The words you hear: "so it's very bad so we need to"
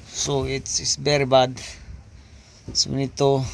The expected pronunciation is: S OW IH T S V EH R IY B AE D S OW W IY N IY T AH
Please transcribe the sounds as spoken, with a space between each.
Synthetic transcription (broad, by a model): S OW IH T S B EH R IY B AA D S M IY N IY T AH